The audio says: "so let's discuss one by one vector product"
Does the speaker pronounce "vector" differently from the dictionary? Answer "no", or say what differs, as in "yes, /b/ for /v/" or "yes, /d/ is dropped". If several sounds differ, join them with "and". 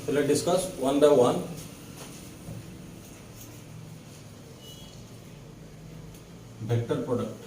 yes, /b/ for /v/